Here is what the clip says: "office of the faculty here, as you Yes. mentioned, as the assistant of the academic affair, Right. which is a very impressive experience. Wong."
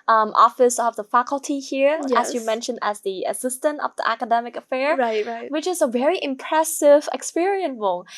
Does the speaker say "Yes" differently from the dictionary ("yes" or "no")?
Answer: yes